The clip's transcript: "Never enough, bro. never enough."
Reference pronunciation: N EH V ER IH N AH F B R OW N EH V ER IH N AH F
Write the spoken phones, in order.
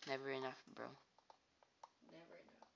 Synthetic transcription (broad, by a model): N EH V ER IH N AH F B R OW N EH V ER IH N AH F